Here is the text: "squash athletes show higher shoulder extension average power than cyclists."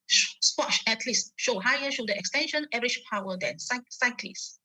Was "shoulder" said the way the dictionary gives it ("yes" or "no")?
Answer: no